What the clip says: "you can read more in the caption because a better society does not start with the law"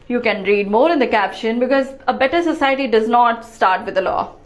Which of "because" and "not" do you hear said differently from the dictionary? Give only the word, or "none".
none